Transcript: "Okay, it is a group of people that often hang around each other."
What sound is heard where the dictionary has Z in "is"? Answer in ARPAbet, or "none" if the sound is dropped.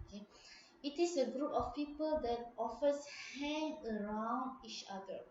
S